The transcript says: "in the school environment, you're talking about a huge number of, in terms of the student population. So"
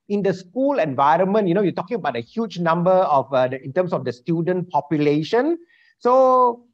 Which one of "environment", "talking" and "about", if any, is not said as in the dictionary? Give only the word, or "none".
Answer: none